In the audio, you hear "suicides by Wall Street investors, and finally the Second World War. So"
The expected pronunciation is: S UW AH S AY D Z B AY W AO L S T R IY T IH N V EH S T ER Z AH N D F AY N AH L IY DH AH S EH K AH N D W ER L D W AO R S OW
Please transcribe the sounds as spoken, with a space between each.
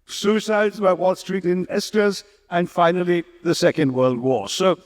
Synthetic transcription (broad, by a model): S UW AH S AY D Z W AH W AO L S T R IY T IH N EH S T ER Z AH N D F AY N AH L IY DH AH S EH K AH N D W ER L D W AO S OW